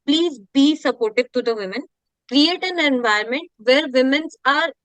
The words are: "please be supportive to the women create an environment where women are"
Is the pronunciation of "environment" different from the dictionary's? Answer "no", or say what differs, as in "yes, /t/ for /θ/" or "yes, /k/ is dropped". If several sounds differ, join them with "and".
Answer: yes, /ɹ/ is dropped